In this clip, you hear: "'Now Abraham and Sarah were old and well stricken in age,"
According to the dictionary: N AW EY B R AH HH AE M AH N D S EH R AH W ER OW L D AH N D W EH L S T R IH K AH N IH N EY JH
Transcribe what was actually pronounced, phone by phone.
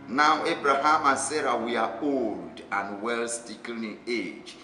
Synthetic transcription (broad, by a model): N AW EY B R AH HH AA M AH N S EH R AH W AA OW L D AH N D W EH L S T IH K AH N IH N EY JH